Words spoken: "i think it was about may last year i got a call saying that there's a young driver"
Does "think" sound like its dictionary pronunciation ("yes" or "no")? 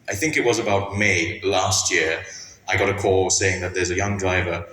yes